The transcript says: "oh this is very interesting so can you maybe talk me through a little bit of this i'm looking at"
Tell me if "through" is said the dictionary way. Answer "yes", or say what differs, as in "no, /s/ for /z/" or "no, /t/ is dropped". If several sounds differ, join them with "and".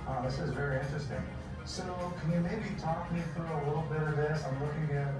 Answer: yes